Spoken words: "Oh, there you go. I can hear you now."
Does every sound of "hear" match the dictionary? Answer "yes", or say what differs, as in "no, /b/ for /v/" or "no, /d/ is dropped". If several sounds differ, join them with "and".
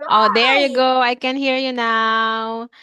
yes